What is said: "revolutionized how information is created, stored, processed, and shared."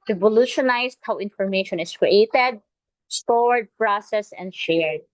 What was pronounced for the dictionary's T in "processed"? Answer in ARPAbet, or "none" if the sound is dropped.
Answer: none